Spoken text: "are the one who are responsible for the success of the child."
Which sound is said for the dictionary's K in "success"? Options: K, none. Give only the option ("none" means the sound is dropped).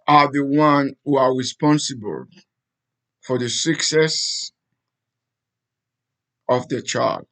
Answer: K